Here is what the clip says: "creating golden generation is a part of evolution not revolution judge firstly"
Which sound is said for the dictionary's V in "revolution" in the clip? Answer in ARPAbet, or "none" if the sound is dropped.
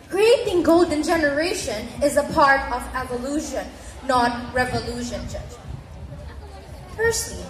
V